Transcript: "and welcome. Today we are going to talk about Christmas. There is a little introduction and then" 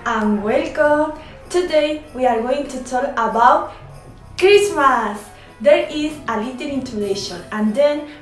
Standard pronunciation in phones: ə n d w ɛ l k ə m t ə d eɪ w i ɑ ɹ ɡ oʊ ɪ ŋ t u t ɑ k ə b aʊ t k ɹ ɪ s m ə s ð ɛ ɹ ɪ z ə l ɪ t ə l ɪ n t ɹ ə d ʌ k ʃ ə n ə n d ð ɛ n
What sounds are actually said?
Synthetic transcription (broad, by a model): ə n w ɛ l k ə m t ə d eɪ w i ɑ ɹ ɡ oʊ ɪ ŋ t u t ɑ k ə b aʊ t k ɹ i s m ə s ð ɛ ɹ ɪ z ə l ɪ t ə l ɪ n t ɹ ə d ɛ ʃ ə n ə n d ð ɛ n